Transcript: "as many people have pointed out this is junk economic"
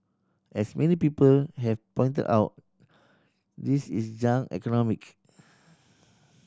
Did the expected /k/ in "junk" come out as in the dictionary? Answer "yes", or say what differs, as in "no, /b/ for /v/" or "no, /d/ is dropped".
no, /k/ is dropped